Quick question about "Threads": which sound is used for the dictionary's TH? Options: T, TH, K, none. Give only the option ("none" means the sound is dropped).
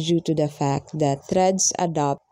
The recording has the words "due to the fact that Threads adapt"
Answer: T